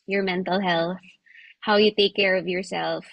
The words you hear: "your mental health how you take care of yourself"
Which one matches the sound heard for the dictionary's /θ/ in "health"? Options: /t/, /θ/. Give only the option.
/θ/